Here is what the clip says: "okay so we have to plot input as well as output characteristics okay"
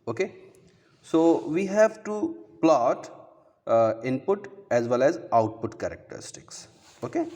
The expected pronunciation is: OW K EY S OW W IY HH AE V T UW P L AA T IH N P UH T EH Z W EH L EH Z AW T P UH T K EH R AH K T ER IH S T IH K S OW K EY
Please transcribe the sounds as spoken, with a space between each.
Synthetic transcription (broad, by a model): OW K EY S OW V IY HH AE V T UW P L AA T IH N P UH T EH Z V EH L EH Z AW T P UH T K EH R AH K T ER IH S T IH K S OW K EY